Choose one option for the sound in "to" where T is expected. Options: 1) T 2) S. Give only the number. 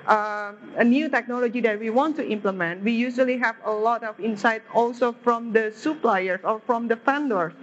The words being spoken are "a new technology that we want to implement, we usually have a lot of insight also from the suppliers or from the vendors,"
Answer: 1